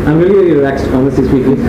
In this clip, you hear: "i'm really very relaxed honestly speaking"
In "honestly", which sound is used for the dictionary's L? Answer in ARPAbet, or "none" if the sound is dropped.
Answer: none